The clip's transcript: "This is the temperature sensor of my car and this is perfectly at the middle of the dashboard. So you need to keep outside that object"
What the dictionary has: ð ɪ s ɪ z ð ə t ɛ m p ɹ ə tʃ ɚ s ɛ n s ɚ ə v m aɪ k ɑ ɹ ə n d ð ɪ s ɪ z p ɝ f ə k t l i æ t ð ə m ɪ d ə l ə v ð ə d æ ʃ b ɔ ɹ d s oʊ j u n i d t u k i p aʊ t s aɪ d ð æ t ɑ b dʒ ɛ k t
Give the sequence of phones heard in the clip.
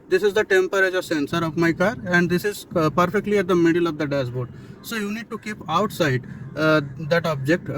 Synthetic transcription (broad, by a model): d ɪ s ɪ z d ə t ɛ m p ɹ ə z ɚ s ɛ n s ɚ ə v m aɪ k ɑ ɹ ə n d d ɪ s ɪ z p ɝ f ə k t l i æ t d ə m ɪ d ə l ə v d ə d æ s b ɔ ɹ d s oʊ j u n i d t u k i p aʊ t s aɪ d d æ t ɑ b dʒ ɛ k t